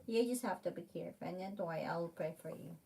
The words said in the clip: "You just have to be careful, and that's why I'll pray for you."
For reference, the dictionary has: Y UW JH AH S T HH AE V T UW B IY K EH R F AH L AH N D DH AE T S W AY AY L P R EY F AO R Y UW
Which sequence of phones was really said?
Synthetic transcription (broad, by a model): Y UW JH AH S T HH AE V T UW B IY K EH R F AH N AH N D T W AY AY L P R EY F AO R Y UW